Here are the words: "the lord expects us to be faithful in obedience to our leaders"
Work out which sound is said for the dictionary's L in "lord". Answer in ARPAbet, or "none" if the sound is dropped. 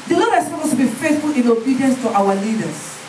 N